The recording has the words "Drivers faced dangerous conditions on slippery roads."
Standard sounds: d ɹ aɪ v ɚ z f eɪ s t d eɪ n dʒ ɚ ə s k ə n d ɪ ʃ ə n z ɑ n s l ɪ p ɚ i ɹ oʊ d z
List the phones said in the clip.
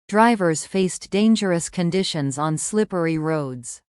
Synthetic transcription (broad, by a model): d ɹ aɪ v ɚ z f eɪ s d eɪ n dʒ ɚ ə s k ə n d ɪ ʃ ə n z n s l ɪ p ɚ i ɹ oʊ d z